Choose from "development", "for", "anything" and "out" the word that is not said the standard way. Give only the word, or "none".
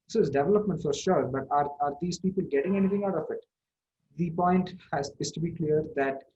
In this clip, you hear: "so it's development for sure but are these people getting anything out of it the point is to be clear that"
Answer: anything